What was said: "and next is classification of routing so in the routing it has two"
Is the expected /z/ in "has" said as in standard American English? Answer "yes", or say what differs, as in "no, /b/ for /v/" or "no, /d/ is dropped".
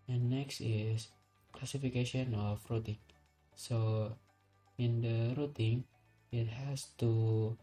no, /s/ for /z/